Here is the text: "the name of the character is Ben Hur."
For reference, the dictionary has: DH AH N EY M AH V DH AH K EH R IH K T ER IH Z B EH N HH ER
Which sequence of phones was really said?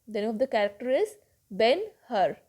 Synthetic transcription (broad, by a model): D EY AH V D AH K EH R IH K T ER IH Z B EH N HH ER